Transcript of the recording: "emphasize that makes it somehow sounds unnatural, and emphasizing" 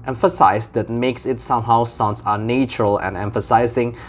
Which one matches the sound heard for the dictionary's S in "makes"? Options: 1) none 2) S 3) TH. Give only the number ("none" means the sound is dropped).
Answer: 2